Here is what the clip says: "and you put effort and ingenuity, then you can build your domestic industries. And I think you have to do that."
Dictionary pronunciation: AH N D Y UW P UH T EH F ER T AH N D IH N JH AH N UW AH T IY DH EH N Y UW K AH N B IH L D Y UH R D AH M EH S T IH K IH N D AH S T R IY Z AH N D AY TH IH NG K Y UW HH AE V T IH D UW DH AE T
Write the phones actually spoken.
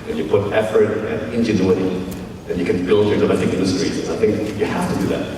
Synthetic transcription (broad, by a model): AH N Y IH P UH T EH F ER T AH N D IH N JH AH N UW AH T IY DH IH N Y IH K AH N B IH L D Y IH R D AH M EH T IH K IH N D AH S T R IY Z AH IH TH IH NG K Y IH HH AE F T IH D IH DH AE T